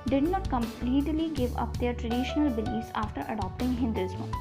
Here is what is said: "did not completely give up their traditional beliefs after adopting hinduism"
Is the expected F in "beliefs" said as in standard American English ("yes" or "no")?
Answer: no